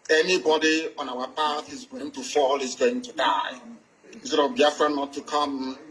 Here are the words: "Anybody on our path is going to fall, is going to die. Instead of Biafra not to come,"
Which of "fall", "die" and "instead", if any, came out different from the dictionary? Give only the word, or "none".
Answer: instead